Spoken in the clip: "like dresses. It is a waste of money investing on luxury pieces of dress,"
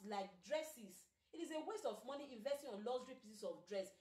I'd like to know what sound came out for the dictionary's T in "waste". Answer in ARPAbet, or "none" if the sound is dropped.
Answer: T